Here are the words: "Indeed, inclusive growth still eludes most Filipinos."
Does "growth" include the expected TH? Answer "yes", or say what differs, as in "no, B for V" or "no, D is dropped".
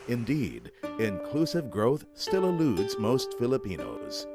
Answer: yes